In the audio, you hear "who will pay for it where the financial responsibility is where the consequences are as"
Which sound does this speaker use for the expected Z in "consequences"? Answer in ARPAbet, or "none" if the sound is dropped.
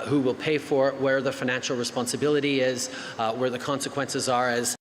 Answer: Z